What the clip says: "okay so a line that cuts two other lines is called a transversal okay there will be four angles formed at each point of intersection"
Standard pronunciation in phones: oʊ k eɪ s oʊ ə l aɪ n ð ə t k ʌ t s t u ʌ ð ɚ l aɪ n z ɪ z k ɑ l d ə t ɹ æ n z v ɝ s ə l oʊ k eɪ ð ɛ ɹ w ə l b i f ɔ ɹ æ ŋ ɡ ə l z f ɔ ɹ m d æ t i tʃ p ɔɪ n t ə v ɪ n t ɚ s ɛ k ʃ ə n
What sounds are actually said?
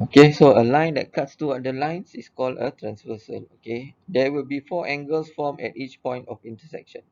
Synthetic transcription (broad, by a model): oʊ k eɪ s oʊ ə l aɪ n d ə t k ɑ t s t u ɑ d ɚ l aɪ n s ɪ s k ɑ l d ə t ɹ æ n s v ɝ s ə n oʊ k eɪ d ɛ w ə l b i f ɔ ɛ ŋ ɡ ə l s f ɔ m ɛ t i tʃ p ɔɪ n t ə f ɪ n t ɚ s ɛ k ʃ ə n